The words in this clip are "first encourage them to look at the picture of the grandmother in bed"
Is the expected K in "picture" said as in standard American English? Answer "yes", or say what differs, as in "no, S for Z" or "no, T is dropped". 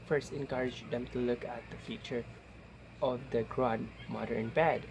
no, K is dropped